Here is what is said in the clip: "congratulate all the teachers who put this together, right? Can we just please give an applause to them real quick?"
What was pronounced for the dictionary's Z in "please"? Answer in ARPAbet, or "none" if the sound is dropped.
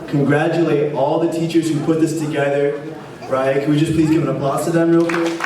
Z